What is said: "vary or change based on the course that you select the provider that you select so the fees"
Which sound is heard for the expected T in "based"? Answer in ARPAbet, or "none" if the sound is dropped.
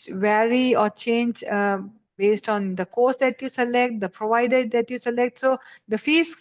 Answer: T